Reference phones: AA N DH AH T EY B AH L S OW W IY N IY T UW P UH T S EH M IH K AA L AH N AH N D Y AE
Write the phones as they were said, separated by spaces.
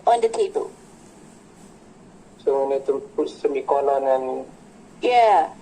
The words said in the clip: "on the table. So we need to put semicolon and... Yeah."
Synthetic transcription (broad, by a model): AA N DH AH T EY B AH L S OW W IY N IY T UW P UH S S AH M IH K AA N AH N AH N Y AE